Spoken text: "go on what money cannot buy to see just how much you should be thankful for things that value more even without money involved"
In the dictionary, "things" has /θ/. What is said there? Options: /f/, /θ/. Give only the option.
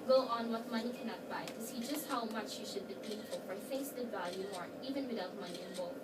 /f/